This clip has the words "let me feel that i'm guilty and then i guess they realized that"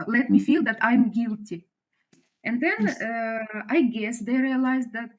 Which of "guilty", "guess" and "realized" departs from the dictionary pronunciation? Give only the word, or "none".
none